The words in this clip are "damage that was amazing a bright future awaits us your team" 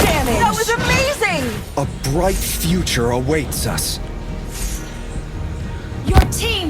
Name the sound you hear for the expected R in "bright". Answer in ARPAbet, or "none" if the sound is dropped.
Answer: R